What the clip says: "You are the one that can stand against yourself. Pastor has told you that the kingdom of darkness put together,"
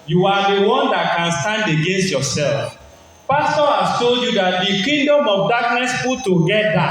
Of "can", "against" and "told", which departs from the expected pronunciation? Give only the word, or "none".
none